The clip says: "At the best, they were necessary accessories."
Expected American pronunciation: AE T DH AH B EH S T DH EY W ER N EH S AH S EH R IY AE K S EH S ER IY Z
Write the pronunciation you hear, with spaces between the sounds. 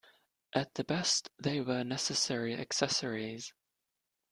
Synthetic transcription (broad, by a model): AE T DH AH B EH S T DH EY W ER N EH S AH S EH R IY AE K S EH S ER IY Z